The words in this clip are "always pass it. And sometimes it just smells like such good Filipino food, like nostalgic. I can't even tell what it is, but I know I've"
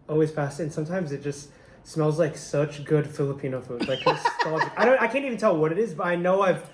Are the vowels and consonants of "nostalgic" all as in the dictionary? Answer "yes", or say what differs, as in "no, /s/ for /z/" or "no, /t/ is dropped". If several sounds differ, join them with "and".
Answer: no, /s/ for /t/